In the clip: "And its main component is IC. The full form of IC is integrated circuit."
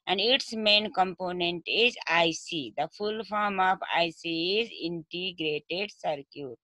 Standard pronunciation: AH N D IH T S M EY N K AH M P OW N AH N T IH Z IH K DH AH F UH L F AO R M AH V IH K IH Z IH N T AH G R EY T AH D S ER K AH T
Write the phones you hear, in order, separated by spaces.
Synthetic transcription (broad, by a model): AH N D IH T S M EY N K AH M P OW N AH N T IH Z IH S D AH F UH L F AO R M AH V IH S IH Z IH N T AH G R EY T AH D S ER K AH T